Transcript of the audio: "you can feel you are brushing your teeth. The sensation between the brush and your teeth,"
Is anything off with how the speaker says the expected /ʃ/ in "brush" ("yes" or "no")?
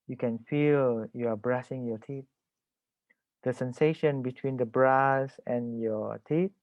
yes